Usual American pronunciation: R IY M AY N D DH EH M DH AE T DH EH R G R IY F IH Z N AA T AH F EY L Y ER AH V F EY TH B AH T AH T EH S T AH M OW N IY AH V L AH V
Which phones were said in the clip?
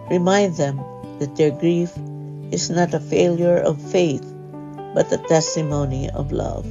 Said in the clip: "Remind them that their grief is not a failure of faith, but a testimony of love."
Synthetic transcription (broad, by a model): R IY M AY N D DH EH M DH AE T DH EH R G R IY F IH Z N AA T AH F EY L Y ER AH V F EY TH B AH T AH T EH S T AH M OW N IY AH V L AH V